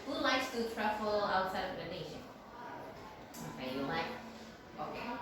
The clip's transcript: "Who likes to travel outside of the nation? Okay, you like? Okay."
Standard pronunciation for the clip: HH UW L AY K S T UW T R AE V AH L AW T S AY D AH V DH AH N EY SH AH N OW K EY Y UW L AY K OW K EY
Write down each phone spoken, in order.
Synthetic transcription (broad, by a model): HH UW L AY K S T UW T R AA F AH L AW T S AY D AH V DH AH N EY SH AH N OW K EY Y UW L AY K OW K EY